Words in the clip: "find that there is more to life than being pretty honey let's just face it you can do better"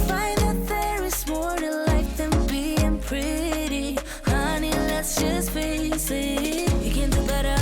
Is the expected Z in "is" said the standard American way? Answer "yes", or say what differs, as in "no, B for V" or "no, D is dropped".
no, S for Z